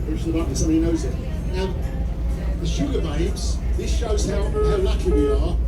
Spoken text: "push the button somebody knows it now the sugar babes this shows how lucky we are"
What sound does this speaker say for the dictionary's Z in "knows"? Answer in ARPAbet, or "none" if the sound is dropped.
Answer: Z